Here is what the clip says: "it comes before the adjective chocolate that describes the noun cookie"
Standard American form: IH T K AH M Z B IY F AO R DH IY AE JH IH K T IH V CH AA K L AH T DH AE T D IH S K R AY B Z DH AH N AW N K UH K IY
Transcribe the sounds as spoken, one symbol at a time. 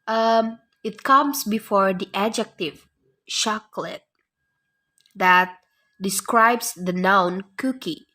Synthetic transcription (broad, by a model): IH T K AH M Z B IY F AO R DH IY AE JH IH K T IH V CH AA K L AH T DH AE T D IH S K R AY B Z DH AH N AW N K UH K IY